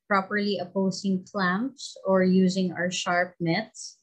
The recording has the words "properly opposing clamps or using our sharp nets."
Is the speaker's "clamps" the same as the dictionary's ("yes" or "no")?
yes